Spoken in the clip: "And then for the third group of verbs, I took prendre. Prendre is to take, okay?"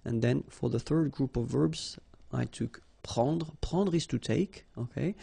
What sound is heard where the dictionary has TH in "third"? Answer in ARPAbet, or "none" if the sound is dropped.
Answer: TH